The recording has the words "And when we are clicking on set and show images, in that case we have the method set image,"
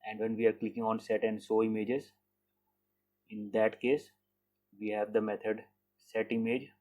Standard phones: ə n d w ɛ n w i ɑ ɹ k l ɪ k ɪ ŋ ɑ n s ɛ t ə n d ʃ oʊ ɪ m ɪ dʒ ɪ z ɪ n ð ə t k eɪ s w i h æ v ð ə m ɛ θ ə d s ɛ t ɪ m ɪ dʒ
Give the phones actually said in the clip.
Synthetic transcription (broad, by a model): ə n d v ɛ n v i ɑ ɹ k l ɪ k ɪ ŋ ɑ n s ɛ t ə n d s oʊ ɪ m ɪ dʒ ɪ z ɪ n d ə t k eɪ s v i h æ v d ə m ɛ t ə d s ɛ t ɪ m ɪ dʒ